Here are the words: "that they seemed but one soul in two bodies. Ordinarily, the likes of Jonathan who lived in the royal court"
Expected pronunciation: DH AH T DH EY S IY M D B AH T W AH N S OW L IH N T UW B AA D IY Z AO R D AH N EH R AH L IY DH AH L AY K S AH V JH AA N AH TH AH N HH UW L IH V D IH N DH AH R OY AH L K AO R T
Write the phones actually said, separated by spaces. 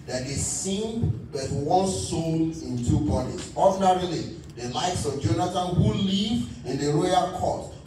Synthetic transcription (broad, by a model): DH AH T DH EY S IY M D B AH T W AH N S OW N IH N T UW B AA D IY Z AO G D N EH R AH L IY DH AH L AY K S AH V JH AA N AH T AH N HH UW L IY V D IH N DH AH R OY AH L K AO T